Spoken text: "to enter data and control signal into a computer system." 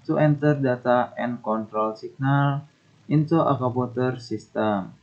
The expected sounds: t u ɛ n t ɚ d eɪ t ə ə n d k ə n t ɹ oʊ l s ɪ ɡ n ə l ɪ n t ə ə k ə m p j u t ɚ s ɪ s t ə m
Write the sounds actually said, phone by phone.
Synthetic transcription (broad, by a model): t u ɛ n t ɚ d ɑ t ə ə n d k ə n t ɹ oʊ l s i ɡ n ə l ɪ n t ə ə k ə p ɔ t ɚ s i s t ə m